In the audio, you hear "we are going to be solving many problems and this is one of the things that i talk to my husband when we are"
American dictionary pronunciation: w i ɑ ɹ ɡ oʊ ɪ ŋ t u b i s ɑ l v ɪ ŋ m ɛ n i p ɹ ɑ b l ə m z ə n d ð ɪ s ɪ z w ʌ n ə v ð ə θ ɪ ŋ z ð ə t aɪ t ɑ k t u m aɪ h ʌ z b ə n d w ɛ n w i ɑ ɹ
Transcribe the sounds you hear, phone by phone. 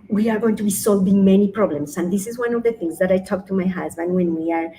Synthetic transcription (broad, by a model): w i ɑ ɹ ɡ oʊ ɪ ŋ t u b i s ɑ l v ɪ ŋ m ɛ n i p ɹ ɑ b l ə m s ə n d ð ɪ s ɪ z w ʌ n ə v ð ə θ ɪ ŋ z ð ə t aɪ t ɑ k t u m aɪ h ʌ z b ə n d w ɛ n w i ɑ ɹ